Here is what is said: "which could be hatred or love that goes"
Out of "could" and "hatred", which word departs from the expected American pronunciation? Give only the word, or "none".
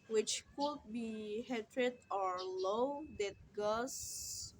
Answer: none